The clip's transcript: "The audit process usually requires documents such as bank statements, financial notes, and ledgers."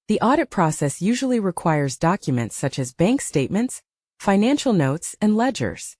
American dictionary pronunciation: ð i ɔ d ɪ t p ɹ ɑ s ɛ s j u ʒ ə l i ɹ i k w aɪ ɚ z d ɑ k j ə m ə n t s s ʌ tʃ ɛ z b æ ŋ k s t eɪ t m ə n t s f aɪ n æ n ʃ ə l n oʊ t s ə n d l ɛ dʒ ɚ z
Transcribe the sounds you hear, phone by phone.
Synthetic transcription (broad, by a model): ð i ɔ d ɪ t p ɹ ɑ s ɛ s j u ʒ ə l i ɹ i k w aɪ ɚ z d ɑ k j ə m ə n t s s ʌ tʃ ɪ z b æ ŋ k s t eɪ t m ə n t s f aɪ n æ n ʃ l n oʊ t s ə n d l ɛ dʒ ɚ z